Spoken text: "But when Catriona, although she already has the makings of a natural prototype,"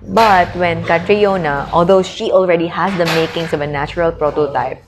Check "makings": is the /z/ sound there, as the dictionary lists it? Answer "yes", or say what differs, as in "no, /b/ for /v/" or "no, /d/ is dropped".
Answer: no, /s/ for /z/